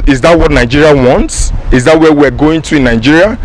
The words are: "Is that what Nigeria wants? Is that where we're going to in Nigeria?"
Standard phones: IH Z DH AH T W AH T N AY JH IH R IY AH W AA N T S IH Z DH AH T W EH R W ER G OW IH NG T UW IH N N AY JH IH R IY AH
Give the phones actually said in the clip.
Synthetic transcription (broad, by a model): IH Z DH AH T W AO T N AY JH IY R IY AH W AA N T S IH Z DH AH T W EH W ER G OW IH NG T UW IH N N AY JH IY R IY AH